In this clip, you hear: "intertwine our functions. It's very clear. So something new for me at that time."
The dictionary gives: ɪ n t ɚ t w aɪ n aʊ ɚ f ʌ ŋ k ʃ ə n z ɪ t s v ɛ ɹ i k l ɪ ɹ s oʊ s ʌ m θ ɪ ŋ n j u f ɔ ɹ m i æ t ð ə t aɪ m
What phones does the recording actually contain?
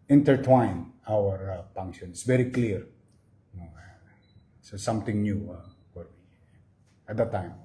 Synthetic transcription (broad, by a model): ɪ n t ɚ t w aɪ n aʊ ɚ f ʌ ŋ k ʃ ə n ɪ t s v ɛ ɹ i k l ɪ ɹ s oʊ s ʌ m t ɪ ŋ n j u f ɔ ɹ m i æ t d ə t aɪ m